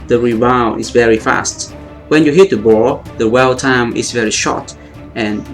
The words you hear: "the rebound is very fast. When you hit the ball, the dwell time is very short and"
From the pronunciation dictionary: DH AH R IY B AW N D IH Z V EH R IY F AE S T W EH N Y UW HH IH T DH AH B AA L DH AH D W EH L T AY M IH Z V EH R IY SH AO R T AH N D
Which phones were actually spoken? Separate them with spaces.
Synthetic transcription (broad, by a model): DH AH R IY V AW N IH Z V EH R IY F AE S T W EH N Y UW HH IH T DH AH B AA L DH AH W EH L T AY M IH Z V EH R IY SH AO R T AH N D